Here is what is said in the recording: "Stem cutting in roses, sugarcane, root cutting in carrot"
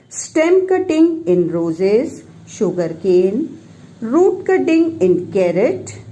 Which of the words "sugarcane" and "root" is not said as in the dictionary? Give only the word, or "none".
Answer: none